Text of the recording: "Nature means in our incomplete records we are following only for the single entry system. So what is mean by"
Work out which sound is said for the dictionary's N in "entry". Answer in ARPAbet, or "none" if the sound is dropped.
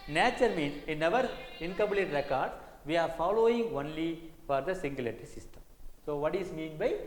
none